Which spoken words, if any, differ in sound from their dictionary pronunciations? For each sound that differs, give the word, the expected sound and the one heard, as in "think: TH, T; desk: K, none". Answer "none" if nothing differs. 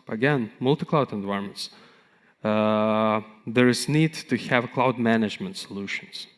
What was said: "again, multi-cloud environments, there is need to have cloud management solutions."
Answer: environments: R, none